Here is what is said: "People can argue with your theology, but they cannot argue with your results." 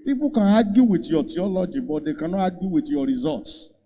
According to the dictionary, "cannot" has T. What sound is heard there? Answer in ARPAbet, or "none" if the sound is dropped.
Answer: none